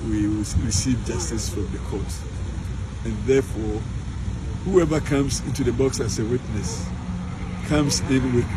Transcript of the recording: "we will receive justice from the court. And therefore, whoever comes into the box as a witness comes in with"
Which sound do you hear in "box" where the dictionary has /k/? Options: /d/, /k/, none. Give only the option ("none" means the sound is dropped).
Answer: /k/